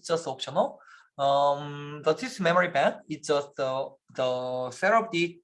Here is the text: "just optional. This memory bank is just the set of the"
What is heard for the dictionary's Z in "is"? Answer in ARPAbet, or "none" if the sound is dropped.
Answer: S